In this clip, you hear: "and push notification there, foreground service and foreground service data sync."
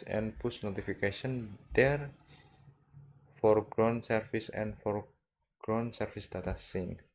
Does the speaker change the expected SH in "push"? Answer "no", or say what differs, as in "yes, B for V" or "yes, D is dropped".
yes, S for SH